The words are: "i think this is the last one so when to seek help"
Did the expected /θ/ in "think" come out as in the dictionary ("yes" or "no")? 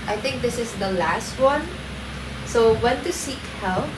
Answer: no